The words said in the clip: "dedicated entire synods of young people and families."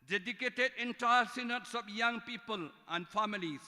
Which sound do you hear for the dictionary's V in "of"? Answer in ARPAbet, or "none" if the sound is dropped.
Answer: P